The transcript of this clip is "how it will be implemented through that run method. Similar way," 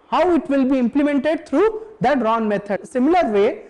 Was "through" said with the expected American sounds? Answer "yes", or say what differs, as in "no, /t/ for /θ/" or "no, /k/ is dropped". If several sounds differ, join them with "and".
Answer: no, /t/ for /θ/